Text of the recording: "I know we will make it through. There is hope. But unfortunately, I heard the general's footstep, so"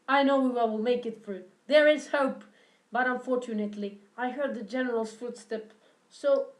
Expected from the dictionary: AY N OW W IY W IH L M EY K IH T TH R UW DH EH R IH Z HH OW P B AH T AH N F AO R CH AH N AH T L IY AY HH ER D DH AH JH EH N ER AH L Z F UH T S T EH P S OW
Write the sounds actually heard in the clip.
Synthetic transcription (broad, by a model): AY N OW W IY W IH L M EY K IH T F R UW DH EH R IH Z HH OW P B AH T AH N F AO R CH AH N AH T L IY AY HH ER D DH AH JH EH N ER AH L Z F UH T S T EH P S OW